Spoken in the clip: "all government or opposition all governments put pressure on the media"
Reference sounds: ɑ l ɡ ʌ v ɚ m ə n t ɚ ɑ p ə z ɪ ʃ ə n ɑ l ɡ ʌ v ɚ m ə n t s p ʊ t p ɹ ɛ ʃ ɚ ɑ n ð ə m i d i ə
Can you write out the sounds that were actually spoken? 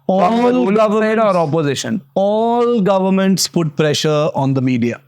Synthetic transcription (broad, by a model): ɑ l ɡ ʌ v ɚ ə t ɑ p ə z ɪ ʃ ə n ɑ l ɡ ʌ v ɚ m ə n t s p ʊ t p ɹ ɛ ʃ ɚ ɑ n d ə m i d i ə